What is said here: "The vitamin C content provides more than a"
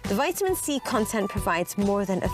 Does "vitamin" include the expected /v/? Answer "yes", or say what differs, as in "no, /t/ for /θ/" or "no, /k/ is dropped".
yes